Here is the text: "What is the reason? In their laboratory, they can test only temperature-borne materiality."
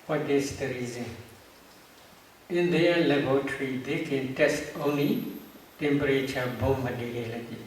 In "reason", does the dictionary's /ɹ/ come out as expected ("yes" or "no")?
yes